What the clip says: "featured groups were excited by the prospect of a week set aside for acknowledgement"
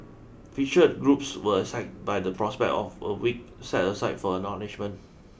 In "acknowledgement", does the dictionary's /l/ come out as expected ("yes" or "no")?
no